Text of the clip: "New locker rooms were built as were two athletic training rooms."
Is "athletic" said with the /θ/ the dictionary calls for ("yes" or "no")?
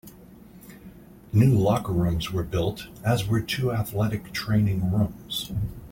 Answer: yes